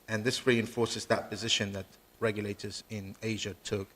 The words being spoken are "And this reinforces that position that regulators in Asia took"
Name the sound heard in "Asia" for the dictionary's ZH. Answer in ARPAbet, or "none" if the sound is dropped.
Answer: ZH